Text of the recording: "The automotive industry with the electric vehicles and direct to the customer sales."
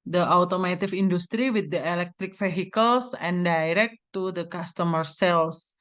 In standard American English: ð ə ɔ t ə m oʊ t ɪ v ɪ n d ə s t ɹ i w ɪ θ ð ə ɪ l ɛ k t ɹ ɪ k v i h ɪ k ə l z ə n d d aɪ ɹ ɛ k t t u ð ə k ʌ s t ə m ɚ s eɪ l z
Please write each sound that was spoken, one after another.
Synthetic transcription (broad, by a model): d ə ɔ t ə m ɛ t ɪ f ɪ n d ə s t ɹ i w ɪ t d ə ɪ l ɛ k t ɹ ɪ k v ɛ h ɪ k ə l s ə n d d aɪ ɹ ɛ k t t u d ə k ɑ s t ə m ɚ s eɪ l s